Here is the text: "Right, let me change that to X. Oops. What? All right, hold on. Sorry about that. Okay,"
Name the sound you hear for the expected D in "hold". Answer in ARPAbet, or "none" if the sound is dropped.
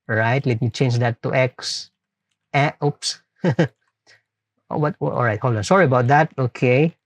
none